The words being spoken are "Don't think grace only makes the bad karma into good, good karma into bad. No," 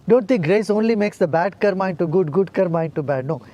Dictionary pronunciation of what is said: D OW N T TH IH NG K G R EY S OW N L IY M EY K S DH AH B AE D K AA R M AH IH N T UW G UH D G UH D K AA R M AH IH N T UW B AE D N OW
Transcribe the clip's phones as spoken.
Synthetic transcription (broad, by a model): D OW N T T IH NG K G R EY S OW N L IY M EY K S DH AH B AE D K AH R M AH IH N T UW G UH D G UH D K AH R M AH IH N T UW B AE D N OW